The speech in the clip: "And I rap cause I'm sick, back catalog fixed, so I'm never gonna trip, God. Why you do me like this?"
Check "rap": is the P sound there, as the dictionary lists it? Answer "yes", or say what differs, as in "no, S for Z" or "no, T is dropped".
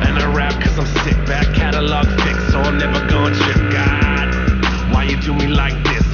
yes